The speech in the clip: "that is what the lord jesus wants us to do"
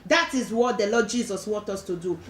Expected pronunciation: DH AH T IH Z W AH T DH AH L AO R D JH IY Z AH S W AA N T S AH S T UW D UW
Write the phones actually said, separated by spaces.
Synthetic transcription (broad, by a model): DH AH T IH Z W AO T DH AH L AO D JH IY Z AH S W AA N T AO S T UW D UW